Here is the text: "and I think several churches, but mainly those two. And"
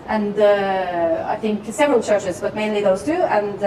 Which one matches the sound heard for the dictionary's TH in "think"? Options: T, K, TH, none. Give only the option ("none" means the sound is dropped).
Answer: TH